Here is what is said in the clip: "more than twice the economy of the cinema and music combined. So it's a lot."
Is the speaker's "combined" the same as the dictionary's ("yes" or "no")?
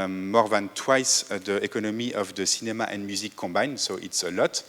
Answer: no